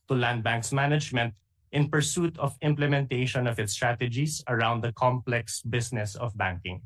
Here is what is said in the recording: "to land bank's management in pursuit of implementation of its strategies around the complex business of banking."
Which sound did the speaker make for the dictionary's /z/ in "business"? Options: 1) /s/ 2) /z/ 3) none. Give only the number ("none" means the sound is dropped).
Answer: 1